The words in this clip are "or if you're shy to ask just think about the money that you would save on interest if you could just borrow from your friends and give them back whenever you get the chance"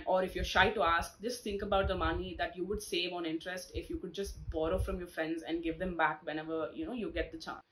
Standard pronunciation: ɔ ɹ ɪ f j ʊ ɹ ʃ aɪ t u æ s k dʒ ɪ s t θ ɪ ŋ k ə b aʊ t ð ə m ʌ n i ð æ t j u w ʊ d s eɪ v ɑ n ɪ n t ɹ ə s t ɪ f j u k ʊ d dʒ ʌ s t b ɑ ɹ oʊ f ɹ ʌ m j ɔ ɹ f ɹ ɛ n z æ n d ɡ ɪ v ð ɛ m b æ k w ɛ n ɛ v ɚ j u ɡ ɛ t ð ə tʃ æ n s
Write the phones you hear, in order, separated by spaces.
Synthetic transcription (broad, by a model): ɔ ɹ ɪ f j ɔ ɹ ʃ aɪ t u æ s k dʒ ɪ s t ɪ ŋ k ə b aʊ t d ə m ʌ n i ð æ t j u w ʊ d s eɪ v ɑ n ɪ n t ɹ ə s t ɪ f j u k ʊ d dʒ ʌ s t b ɑ ɹ oʊ f ɹ ʌ m j ɔ ɹ f ɹ ɛ n z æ n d ɡ ɪ v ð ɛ m b æ k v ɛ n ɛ v ɚ j u ɡ ɛ t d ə tʃ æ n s